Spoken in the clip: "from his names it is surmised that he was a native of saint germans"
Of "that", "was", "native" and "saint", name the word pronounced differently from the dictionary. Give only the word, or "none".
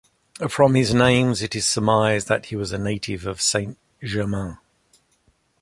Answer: none